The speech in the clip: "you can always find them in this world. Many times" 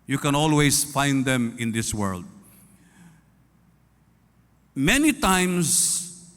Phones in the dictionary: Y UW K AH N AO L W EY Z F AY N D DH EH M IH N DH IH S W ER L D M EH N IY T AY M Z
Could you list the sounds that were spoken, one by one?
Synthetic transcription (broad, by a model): Y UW K AH N AO L W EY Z F AY N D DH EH M IH N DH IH S W ER L D M EH N IY T AY M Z